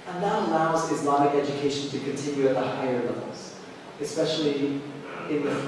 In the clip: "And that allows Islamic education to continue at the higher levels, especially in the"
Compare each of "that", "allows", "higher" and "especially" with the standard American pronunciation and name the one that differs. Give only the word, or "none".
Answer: none